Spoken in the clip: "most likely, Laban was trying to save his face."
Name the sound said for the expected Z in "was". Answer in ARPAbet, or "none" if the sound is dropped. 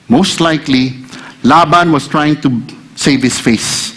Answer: S